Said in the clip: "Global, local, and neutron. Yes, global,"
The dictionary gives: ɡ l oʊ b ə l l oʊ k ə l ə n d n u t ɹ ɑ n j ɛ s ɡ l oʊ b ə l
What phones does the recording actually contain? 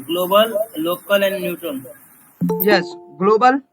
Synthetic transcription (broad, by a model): ɡ l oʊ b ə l l oʊ k ə l ə n d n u t ɑ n j ɛ s ɡ l oʊ b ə l